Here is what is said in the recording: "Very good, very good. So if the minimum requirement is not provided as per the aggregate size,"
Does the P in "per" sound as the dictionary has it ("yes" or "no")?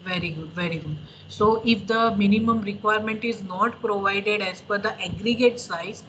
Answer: no